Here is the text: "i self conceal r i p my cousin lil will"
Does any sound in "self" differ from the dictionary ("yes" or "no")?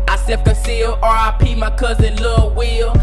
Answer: yes